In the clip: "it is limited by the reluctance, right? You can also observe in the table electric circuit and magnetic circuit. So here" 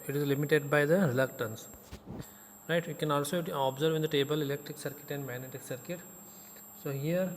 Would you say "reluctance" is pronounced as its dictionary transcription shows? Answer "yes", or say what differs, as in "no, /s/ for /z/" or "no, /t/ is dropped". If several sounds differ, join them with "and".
yes